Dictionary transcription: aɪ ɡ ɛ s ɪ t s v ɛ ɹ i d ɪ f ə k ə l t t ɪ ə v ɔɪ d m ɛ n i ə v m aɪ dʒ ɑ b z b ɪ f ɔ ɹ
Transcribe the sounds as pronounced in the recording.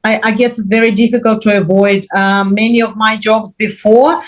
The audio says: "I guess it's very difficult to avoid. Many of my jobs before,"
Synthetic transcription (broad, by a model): aɪ ɡ ɛ s ɪ t s v ɛ ɹ i d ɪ f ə k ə l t t ɪ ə v ɔɪ d m ɛ n i ə v m aɪ dʒ ɑ b z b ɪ f ɔ ɹ